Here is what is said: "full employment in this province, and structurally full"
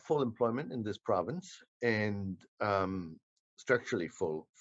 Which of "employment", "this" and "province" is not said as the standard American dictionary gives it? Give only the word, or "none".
none